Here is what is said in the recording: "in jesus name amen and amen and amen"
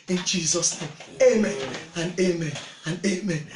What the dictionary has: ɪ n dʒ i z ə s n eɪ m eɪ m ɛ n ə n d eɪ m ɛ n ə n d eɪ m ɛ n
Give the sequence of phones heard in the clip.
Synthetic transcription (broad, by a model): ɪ n dʒ i z ə s n eɪ m eɪ m ɛ n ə n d eɪ m ɛ n ə n d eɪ m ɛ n